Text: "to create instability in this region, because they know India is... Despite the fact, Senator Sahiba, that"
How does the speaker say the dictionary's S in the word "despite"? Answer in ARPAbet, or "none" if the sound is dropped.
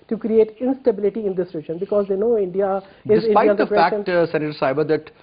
none